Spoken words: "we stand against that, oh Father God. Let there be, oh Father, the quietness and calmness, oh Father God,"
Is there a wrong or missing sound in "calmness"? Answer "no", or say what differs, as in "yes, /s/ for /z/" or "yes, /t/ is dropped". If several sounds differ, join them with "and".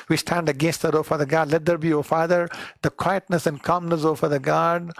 no